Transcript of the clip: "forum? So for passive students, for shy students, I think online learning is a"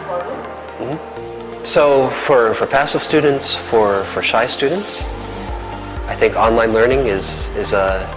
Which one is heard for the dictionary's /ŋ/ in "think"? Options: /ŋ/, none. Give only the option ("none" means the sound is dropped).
/ŋ/